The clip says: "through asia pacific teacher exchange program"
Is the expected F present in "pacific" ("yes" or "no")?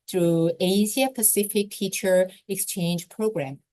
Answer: yes